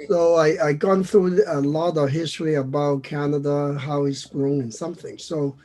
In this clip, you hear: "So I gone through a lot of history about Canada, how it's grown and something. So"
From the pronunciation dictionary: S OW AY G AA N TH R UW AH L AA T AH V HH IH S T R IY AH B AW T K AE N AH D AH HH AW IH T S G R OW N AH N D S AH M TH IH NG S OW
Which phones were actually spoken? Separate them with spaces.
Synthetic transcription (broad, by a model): S OW AY G AA N TH R UW AH L AA T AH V HH IH S T R IY AH B AW T K AE N AH D AH HH AW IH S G R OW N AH N S AH M TH IH NG S OW